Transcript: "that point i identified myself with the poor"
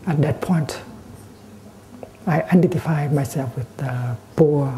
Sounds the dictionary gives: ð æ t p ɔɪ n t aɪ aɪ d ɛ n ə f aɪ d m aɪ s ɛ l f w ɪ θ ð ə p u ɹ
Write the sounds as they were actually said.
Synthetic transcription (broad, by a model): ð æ t p ɔɪ n t aɪ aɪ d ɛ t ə f aɪ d m aɪ s ɛ l f w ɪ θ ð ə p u